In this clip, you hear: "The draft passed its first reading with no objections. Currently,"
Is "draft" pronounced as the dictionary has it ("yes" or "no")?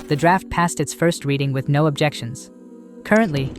yes